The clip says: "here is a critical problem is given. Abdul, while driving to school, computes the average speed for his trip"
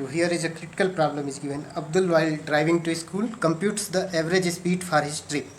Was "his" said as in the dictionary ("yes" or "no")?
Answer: no